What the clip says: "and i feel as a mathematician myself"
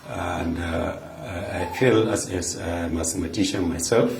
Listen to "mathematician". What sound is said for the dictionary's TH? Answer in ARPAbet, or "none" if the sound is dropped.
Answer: S